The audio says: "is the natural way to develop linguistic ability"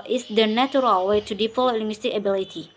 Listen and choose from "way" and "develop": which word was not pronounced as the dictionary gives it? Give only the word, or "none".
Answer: develop